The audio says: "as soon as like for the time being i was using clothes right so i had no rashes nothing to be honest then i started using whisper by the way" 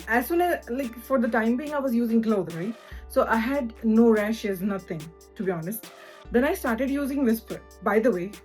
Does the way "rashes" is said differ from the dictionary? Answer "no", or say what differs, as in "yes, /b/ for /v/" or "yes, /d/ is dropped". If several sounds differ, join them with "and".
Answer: no